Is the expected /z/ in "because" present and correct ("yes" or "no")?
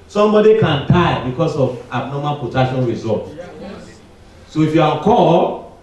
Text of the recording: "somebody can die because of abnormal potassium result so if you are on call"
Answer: no